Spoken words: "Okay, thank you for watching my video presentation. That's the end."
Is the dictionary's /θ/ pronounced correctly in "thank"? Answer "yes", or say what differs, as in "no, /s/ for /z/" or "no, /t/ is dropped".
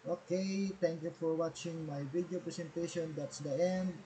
no, /t/ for /θ/